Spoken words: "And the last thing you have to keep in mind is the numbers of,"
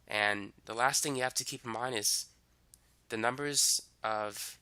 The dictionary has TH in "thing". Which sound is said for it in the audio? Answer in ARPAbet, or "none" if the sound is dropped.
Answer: TH